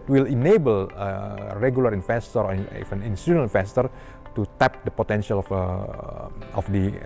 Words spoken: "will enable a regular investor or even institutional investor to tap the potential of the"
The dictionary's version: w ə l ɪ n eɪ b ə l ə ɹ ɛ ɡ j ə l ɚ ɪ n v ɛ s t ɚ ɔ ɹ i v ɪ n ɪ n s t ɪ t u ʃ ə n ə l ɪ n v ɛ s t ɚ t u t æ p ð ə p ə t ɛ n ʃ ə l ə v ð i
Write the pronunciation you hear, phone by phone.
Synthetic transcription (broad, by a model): w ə l ɪ n eɪ b ə l ə ɹ ɛ ɡ j ə l ɚ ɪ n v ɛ s t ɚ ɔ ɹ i f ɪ n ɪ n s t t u ə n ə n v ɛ s t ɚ t u t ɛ p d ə p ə t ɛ n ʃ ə l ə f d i